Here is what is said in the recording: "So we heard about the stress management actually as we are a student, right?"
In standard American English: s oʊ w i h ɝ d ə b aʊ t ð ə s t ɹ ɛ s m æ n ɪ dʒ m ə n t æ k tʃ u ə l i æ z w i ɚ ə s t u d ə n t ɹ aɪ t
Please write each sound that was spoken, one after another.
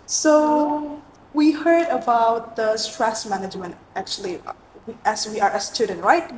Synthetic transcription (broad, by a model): s oʊ w i h ɝ d ə b aʊ t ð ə s t ɹ ɛ s m æ n ɪ dʒ m ə n t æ k tʃ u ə w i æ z w i ɚ ə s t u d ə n ɹ aɪ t